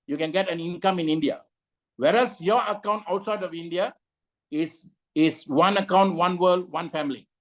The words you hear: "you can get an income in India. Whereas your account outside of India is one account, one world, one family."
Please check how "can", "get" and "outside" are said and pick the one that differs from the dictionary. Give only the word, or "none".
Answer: none